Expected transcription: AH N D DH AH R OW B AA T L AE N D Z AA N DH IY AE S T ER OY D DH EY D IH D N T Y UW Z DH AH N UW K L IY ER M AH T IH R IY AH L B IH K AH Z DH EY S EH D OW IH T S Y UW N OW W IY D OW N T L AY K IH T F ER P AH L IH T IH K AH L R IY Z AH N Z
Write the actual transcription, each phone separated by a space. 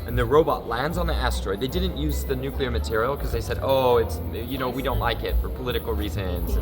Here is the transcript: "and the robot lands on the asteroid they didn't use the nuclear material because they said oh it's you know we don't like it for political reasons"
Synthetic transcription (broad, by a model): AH N DH AH R OW B AA T L AE N D Z N DH IY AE S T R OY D DH EY D IH D N T Y UW Z DH AH N UW K L IY ER M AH T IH R IY L K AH Z DH EY S EH D OW IH T S Y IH N OW W IY D OW N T L AY K IH T F ER P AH L IH T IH K L R IY Z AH N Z